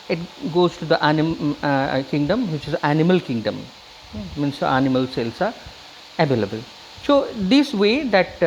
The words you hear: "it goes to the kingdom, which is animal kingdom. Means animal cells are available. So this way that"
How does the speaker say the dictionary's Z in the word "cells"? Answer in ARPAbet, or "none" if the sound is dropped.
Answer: S